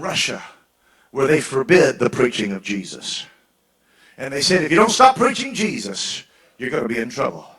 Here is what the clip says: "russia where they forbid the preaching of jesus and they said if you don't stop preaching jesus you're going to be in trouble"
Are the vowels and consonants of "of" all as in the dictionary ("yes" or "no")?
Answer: yes